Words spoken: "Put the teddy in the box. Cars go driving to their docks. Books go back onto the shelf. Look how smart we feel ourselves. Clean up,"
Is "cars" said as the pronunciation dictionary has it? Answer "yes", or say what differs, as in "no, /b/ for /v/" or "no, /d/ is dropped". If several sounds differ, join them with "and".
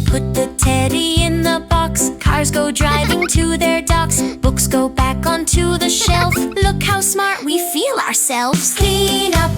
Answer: yes